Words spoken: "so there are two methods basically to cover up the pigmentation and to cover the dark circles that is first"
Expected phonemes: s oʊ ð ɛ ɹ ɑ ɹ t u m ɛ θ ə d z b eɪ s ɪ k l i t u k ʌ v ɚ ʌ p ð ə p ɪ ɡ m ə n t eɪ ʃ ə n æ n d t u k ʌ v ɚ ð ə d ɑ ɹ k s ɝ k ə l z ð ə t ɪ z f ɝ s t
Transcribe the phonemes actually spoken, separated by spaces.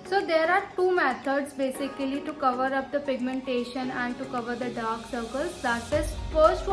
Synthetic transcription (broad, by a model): s oʊ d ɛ ɹ ɑ ɹ t u m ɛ t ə d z b eɪ s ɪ k l i t u k ʌ v ɚ ʌ p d ə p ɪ ɡ m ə n t eɪ ʃ ə n æ n d t u k ʌ v ɚ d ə d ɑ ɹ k s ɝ k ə l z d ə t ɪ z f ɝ s t